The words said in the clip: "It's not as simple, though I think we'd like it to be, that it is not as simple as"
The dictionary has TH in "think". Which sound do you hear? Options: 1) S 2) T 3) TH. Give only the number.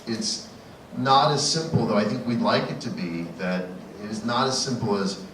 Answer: 3